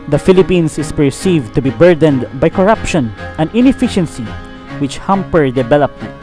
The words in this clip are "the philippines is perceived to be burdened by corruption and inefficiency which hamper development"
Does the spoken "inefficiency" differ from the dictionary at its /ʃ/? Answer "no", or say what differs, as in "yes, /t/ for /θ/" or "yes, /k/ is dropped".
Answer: no